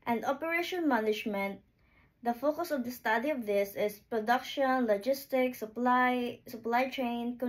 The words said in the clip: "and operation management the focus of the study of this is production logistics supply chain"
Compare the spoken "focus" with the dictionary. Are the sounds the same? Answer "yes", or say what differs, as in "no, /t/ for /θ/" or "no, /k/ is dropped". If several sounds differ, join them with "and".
yes